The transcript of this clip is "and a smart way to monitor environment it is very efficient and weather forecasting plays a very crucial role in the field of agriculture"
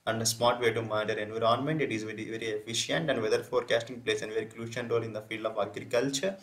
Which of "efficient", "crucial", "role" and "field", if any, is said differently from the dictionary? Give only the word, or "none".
crucial